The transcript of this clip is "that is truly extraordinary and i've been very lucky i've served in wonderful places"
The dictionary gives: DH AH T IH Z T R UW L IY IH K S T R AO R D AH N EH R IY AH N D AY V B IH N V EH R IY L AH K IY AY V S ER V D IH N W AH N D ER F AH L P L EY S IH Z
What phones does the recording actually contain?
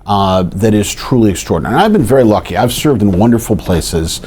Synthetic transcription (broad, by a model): DH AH T IH Z T R UW L IY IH K S T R AO R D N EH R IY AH V B IH N V EH R IY L AH K IY AY V S ER V D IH N W AH N D ER F L P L EY S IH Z